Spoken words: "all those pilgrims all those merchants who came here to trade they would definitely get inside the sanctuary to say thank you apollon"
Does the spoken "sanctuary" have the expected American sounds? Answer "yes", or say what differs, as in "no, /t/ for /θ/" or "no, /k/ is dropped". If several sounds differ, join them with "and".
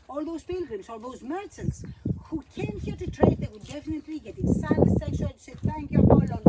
no, /ŋ/ is dropped and /ʃ/ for /tʃ/